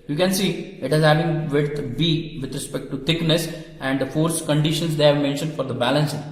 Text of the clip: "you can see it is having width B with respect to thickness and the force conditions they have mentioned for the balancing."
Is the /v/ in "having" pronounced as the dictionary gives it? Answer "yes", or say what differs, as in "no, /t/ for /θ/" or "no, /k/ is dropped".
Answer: no, /v/ is dropped